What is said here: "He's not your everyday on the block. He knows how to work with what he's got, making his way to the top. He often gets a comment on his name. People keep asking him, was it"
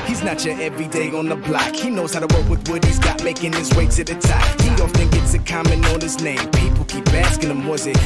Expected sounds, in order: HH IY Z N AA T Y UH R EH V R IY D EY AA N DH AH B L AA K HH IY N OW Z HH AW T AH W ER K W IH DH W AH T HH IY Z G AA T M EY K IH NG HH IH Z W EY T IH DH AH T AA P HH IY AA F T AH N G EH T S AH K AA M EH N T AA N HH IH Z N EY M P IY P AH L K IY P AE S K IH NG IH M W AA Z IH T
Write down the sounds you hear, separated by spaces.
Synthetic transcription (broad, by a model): HH IY Z N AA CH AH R EH V R IY D EY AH N DH AH B L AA K HH IY N OW Z HH AW T AH W ER K W IH DH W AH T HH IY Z G AA T M EY K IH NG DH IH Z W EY S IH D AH T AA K HH IY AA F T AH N G EH T S AH K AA M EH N AA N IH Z N EY M P IY P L K IY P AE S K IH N IH M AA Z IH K